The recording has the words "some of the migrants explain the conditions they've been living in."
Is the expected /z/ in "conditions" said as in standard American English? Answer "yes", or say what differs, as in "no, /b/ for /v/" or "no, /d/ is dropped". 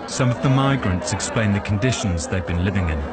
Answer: yes